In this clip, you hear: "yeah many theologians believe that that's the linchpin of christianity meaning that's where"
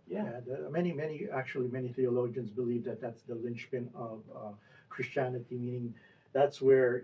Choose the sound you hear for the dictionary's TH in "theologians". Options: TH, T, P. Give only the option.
TH